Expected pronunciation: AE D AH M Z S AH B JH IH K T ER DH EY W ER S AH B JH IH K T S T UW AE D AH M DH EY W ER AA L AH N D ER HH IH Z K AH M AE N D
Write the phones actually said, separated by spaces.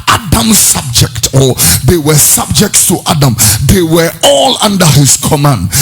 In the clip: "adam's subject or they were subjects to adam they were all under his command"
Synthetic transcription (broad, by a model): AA D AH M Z S AH B JH IH K T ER DH EY W ER S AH B JH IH K T S T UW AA D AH M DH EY W ER AA L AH N D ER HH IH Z K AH M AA N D